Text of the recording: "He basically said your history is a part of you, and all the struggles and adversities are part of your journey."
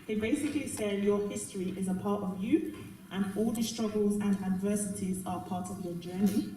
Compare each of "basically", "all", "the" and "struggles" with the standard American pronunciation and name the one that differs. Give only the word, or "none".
none